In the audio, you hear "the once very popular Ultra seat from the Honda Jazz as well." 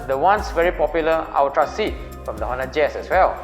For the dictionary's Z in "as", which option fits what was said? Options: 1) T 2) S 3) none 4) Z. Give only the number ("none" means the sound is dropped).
2